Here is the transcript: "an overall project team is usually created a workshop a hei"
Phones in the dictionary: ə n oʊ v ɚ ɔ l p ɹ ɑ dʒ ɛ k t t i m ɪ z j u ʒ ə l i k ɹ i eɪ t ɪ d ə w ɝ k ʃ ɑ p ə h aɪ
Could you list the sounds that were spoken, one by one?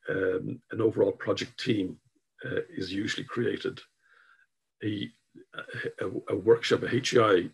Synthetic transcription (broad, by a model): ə n oʊ v ɚ ɔ l p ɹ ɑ dʒ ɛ k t t i m ɪ z j u ʒ ə l i k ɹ i eɪ t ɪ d ə w ɝ k ʃ ɑ p ə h aɪ